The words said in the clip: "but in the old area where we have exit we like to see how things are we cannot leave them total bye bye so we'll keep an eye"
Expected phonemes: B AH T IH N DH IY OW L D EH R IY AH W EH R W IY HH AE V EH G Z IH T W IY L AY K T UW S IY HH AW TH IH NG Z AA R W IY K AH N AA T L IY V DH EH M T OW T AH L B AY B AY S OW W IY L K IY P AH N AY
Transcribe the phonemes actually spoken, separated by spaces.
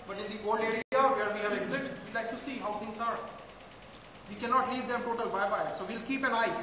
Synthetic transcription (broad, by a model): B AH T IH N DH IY OW L D EH R IY AH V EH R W IY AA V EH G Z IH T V IY L AY K T UW S IY HH AW T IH NG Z AA R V IY K AH N AA T L IY V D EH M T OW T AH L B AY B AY S OW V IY L K IY P AH N AY